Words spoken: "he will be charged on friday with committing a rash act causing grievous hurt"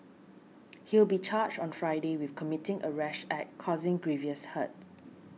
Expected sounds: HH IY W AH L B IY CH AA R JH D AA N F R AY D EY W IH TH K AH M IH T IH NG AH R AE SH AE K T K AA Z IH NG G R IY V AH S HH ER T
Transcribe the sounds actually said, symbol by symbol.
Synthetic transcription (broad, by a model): HH IY W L B IY CH AA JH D AA N F R AY D EY W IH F K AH M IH T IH NG AH R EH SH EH T K AA Z IH NG G R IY V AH S HH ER T